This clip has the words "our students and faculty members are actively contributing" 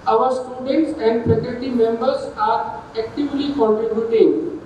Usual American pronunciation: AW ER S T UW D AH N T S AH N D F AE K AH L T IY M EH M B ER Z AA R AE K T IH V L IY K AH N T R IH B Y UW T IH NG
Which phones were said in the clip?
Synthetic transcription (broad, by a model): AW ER S T UW D AH N T S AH N D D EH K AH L T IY M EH M B ER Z AA R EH K T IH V L IY K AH N T R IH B Y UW T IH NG